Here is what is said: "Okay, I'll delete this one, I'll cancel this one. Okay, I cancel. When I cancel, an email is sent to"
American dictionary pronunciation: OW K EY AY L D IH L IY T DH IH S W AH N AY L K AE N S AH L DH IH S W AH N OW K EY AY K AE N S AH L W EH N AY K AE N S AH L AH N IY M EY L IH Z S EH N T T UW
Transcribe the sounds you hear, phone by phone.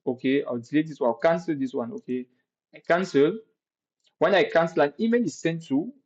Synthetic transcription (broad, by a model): OW K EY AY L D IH L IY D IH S W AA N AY W K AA N S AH L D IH S W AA N OW K EY AY K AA N S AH L W EH N AY K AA N S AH L AH N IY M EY N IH S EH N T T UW